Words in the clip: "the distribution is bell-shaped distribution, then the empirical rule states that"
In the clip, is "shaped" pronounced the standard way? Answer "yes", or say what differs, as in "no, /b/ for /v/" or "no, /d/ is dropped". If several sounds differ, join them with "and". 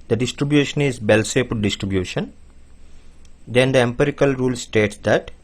no, /s/ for /ʃ/